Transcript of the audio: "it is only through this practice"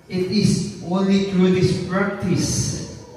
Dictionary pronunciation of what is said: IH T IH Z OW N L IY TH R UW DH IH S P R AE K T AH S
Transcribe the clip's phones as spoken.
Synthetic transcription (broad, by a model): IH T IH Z OW N L IY T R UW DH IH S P R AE K T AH S